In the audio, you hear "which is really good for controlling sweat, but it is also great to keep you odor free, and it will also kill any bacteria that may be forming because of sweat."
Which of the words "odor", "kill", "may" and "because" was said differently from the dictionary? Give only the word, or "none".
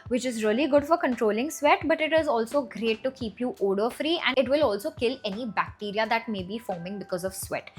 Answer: none